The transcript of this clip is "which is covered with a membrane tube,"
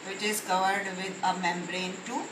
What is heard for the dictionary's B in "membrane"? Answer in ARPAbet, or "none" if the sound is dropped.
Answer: B